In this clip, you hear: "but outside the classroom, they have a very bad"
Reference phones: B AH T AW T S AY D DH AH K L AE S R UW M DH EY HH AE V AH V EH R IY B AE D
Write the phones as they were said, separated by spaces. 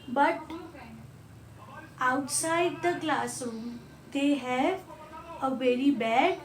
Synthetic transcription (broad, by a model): B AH T AW T S AY D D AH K L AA S UW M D EY HH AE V AH V EH R IY B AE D